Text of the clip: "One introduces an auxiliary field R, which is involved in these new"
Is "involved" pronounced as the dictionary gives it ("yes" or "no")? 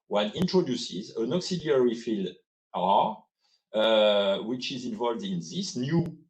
yes